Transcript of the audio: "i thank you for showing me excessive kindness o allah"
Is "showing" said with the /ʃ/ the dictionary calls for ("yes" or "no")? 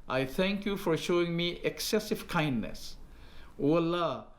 yes